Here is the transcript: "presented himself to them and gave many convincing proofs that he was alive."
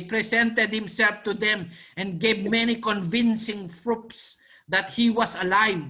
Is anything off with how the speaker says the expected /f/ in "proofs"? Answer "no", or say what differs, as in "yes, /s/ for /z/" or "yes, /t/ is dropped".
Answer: yes, /p/ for /f/